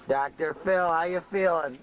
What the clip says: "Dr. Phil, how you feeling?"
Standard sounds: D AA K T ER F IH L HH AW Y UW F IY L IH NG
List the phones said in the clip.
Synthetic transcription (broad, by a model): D AA K T ER F IH L HH AW Y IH F IY L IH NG